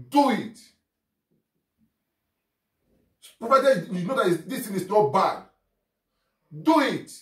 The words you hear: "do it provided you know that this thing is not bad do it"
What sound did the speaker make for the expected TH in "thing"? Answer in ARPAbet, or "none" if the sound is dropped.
T